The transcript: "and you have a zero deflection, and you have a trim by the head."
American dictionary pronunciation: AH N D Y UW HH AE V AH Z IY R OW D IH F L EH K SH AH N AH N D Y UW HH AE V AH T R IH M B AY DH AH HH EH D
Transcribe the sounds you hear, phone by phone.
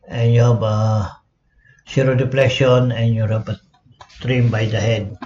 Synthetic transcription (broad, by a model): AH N Y UW HH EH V AH S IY R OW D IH P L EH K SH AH N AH N Y UW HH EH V AH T R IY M B AY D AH HH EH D